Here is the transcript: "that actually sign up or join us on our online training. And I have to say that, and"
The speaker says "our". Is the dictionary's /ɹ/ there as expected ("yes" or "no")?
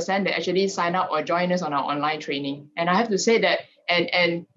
no